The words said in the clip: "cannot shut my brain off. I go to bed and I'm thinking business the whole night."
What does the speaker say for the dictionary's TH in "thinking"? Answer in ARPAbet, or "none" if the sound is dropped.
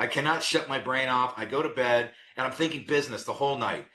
TH